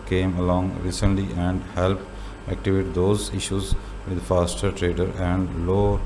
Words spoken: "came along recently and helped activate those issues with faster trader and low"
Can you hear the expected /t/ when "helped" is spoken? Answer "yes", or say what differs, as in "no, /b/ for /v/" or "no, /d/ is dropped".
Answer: no, /t/ is dropped